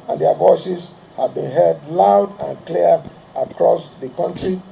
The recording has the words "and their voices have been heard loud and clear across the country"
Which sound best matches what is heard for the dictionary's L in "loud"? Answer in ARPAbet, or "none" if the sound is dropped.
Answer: L